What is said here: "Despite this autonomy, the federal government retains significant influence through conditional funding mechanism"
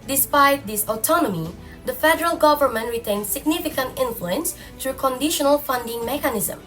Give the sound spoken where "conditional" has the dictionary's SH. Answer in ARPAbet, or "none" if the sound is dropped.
SH